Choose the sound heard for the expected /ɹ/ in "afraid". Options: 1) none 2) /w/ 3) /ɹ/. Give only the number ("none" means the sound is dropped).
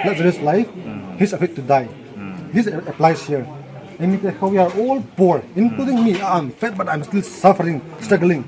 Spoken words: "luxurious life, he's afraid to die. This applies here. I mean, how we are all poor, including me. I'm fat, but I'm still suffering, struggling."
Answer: 1